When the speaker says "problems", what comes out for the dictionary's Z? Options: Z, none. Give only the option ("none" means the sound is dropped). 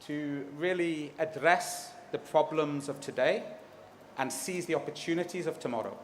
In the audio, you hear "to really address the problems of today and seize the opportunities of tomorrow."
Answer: Z